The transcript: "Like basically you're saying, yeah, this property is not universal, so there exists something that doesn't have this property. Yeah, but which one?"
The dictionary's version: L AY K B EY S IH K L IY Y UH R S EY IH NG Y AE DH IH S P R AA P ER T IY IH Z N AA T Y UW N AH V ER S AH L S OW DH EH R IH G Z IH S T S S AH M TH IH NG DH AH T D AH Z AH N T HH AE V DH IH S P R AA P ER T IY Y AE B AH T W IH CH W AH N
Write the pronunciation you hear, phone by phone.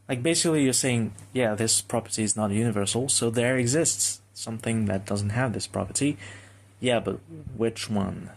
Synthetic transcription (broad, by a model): L AY K B EY S IH K L IY Y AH R S EY IH NG Y AE DH IH S P R AA P ER T IY IH Z N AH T Y UW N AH V ER S L S OW DH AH R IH G Z IH S T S S AH M TH IH NG DH AH T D AH Z N T HH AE V DH IH S P R AA P ER T IY Y AE B AH T W IH CH W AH N